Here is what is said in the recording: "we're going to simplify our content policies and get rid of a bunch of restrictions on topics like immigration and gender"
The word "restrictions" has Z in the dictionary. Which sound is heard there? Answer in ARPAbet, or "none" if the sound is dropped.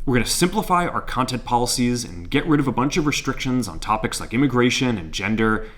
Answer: Z